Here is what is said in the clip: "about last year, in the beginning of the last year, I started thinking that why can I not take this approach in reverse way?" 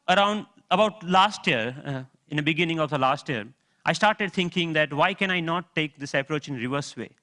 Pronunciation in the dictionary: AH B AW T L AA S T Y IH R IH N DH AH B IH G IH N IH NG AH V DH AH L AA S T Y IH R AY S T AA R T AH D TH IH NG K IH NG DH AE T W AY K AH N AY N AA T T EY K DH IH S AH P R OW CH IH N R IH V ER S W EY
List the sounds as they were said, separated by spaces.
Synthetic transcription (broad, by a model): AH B AW T L AA S T Y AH R IH N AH B IH G IH N IH NG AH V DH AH L AA S T Y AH R AY S T AA R T AH D T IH NG K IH NG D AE T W AY K AH N AY N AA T T EY K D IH S AH P R OW CH IH N R IH V ER S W EY